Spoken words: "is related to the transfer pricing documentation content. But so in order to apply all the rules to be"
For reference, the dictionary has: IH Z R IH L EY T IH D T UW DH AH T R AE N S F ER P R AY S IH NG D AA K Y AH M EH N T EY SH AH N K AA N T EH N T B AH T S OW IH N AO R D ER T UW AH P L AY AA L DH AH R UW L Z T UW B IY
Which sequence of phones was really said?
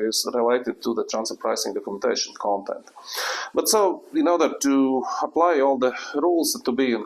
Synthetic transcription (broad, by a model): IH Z R IH L EY T IH D T UW DH AH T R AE N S ER P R AY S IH NG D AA K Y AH M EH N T EY SH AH N K AA N T EH N T B AH T S OW IH N AO R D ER T UW AH P L AY AA L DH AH R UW L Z T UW B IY